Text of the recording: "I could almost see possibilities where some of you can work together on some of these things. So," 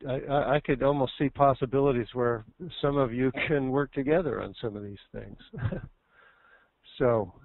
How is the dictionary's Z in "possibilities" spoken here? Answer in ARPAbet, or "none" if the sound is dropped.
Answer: Z